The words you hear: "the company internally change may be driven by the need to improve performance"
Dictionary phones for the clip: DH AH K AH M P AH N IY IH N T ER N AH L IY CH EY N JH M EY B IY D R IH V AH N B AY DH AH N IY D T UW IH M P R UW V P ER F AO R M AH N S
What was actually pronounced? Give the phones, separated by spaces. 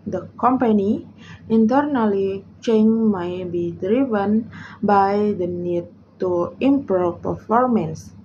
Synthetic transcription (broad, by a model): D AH K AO M P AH N IY IH N T ER N AH L IY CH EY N M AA B IY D R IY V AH N B AY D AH N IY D T UW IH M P AH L P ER F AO R M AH N S